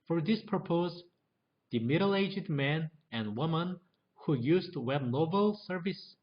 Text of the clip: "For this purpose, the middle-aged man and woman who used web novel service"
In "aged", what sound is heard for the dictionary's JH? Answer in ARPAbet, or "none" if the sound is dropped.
JH